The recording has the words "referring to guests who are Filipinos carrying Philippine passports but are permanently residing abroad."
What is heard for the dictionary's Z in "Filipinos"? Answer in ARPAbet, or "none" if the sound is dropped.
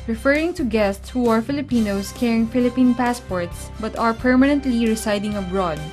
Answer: S